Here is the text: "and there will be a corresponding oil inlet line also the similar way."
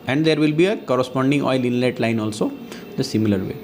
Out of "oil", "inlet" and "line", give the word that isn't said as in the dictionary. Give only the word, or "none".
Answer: none